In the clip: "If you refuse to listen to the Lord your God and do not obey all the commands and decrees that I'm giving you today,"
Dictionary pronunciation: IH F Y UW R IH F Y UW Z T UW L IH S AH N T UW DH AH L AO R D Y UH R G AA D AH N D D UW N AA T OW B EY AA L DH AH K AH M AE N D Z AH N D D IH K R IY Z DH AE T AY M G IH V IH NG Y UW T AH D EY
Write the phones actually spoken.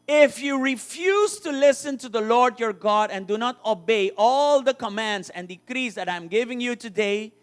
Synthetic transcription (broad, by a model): IH F Y UW R IH F Y UW Z T UW L IH S AH N T UW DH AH L AO R D Y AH R G AA D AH N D D UW N AA T OW B EY AA L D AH K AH M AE N D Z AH N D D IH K R IY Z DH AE T AY M G IH V IH NG Y UW T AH D EY